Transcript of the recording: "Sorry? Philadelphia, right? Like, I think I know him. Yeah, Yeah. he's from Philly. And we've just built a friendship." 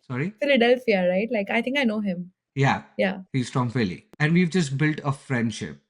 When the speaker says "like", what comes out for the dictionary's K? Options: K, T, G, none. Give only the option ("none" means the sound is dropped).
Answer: K